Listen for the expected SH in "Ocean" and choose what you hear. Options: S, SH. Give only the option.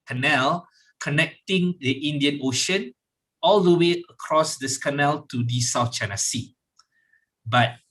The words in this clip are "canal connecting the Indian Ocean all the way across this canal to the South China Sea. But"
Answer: SH